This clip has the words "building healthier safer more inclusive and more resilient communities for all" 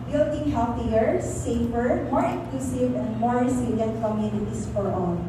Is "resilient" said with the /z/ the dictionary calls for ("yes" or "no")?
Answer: no